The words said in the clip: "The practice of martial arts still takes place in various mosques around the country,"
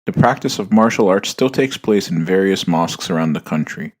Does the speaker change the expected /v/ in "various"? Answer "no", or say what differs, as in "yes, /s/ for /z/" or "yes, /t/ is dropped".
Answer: no